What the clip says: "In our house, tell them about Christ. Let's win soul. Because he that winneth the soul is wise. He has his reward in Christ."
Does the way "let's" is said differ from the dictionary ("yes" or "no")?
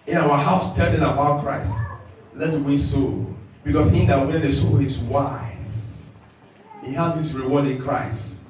yes